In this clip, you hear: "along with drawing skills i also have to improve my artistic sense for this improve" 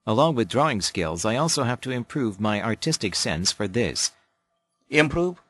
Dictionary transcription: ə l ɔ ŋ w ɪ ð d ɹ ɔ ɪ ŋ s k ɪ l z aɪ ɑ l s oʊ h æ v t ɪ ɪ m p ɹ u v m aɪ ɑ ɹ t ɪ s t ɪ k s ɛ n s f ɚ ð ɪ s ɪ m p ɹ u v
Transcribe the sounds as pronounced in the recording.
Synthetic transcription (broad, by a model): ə l ɔ ŋ w ɪ ð d ɹ ɔ ɪ ŋ s k ɪ l z aɪ ɑ l s oʊ h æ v t ɪ ɪ m p ɹ u v m aɪ ɑ ɹ t ɪ s t ɪ k s ɛ n s f ɚ ð ɪ s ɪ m p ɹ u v